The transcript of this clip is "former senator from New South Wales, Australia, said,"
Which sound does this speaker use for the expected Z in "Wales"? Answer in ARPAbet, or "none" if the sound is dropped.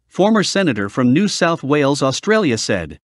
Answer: Z